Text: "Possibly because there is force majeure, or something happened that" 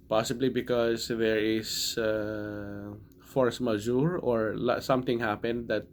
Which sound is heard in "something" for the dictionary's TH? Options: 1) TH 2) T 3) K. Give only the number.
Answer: 2